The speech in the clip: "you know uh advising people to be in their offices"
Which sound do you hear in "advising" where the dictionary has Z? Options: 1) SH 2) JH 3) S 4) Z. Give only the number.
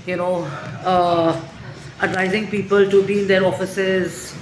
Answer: 4